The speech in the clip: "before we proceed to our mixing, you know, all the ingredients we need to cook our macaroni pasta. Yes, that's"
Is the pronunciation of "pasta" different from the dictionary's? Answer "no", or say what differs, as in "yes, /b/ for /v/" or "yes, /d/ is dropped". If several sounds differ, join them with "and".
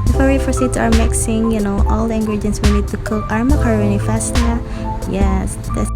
yes, /f/ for /p/